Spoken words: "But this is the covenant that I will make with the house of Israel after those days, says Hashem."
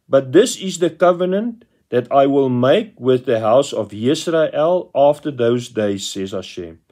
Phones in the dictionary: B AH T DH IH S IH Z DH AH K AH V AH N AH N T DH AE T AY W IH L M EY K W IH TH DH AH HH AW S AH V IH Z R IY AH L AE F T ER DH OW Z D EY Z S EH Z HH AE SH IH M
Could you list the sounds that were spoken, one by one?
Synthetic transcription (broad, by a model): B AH T DH IH S IH Z DH AH K AH V AH N AH N T DH AE T AY W IH L M EY K W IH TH DH AH HH AW S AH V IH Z R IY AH L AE F T ER DH OW Z D EY Z S EH Z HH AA SH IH M